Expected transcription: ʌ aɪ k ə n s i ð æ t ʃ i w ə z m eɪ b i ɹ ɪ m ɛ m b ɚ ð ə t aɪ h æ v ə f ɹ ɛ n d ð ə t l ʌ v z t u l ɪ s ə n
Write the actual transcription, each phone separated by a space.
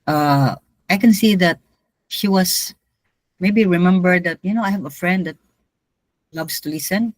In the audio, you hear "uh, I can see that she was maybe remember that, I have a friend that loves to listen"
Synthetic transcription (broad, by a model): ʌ aɪ k ə n s i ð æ t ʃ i w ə s m eɪ b i ɹ ɪ m ɛ m b ɚ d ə t aɪ h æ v ə f ɹ ɛ n d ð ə t l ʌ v s t u l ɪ s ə n